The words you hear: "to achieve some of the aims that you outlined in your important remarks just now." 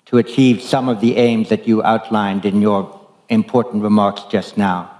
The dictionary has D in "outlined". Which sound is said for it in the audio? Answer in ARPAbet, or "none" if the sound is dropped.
D